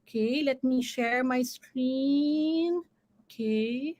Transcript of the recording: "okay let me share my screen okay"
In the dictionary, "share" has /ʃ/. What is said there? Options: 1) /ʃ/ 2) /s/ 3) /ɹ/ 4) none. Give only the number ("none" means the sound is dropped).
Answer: 1